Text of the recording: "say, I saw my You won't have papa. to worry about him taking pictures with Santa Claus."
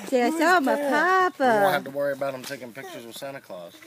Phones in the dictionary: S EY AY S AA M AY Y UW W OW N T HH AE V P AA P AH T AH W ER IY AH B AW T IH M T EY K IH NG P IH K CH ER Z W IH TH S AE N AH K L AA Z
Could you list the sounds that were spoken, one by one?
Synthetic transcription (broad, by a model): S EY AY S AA M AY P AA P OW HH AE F T AH W ER IY AH B AW T IH M T EY K IH NG P IH K CH ER Z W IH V S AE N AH K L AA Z